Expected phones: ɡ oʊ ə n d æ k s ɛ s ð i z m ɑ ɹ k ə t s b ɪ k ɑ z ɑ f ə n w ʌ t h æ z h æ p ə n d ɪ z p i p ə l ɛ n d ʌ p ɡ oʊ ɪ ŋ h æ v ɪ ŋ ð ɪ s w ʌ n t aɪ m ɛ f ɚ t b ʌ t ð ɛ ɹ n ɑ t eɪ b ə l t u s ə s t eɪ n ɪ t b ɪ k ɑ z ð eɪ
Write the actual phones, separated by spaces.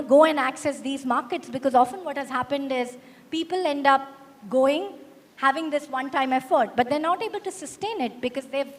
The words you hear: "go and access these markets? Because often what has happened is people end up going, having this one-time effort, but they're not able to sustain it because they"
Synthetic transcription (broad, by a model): ɡ oʊ ə n d æ k s ɛ s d i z m ɑ ɹ k ə t s b ɪ k ɑ z ɑ f ə n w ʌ t h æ z h æ p ə n d ɪ z p i p ə l ɛ n d ʌ p ɡ oʊ ɪ ŋ h æ v ɪ ŋ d ɪ s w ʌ n t aɪ m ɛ f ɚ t b ʌ t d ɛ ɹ n ɑ t eɪ b ə l t u s ə s t eɪ n ɪ t b ɪ k ɑ z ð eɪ